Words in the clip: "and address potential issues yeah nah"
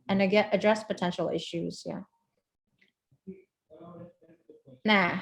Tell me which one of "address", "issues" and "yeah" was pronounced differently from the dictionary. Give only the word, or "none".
none